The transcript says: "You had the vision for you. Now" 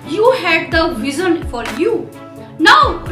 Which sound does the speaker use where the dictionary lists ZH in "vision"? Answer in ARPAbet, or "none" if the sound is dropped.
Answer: Z